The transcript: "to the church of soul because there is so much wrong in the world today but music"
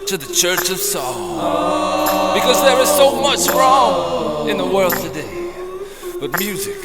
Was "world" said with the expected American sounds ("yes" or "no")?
yes